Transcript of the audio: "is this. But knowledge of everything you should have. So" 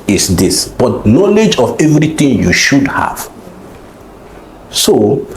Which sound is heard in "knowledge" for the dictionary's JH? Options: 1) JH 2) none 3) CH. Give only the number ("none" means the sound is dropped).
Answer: 1